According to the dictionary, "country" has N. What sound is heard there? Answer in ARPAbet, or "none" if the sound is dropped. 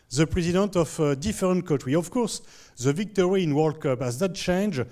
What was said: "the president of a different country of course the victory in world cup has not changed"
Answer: none